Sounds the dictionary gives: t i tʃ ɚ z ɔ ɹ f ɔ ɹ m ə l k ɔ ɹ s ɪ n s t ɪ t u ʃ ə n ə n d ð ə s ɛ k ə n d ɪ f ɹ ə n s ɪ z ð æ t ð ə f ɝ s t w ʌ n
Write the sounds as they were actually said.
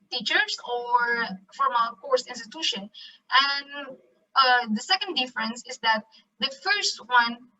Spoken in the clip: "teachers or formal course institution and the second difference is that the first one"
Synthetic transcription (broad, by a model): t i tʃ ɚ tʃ ɔ ɹ f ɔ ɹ m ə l k ɔ ɹ s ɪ n s t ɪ t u ʃ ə n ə n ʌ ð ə s ɛ k ə n d ɪ f ɹ ə n s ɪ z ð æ t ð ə f ɝ s t w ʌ n